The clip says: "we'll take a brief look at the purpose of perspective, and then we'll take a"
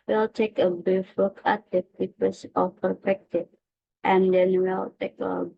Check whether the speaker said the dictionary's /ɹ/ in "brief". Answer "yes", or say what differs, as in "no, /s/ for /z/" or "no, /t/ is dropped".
no, /ɹ/ is dropped